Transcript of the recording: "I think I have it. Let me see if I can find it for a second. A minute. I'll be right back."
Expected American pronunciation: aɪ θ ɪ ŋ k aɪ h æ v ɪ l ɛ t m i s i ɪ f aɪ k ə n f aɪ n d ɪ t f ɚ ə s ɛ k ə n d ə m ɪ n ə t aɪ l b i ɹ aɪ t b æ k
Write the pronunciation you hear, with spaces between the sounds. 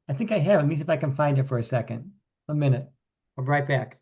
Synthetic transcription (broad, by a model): aɪ θ ɪ ŋ k aɪ h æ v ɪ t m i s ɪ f aɪ k ə n f aɪ n d ɪ t f ɚ ə s ɛ k ə n d ə m ɪ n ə t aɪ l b ɹ aɪ t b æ k